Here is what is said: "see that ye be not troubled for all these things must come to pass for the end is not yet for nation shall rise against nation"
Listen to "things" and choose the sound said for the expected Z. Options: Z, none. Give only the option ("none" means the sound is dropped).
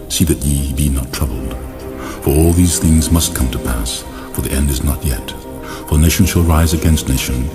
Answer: Z